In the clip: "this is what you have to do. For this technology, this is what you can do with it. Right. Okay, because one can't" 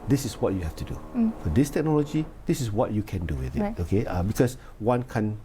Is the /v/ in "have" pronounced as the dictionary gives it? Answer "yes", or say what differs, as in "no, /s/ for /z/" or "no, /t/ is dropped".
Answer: no, /f/ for /v/